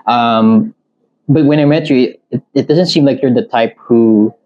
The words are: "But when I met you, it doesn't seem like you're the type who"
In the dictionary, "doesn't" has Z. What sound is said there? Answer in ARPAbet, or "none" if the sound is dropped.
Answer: Z